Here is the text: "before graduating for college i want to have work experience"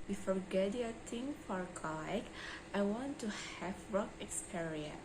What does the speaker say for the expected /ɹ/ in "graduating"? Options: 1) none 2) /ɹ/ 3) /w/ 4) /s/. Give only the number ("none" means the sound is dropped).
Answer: 1